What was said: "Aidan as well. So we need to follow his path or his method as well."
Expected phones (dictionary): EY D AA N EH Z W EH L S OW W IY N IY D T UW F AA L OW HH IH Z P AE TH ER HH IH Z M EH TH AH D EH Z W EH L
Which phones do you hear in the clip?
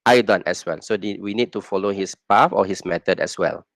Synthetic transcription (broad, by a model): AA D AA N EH S W EH L S OW W IY N IY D T UW F AA L OW HH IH S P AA F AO HH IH S M EH T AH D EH S W EH L